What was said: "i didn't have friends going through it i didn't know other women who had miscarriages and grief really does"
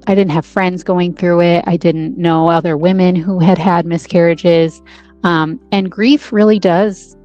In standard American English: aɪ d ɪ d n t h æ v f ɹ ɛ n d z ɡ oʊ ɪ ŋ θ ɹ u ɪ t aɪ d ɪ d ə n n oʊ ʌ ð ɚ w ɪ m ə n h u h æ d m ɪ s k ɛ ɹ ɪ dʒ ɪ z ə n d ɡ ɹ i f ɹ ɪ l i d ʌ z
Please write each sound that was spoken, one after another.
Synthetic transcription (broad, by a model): aɪ d ɪ d n t h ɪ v f ɹ ɛ n d z ɡ oʊ ɪ ŋ θ ɹ u ɪ t aɪ d ɪ d n n oʊ ʌ ð ɚ w ɪ m ə n h u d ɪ d m ɪ s k ɛ ɹ ɪ dʒ ɪ z ə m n ɡ ɹ i f ɹ ɪ l i d ʌ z